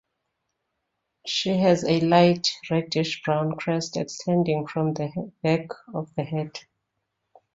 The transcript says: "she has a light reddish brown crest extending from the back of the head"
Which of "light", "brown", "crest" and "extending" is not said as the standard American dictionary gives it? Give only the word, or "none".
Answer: none